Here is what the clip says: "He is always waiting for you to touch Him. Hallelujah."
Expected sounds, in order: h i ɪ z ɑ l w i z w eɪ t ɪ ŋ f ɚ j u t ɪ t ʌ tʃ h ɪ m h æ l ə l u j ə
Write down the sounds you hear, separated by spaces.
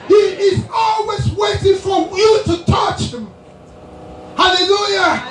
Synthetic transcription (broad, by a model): h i ɪ z ɑ l w i z w eɪ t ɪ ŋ f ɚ j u t ɪ t ʌ tʃ h ɪ m h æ l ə l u j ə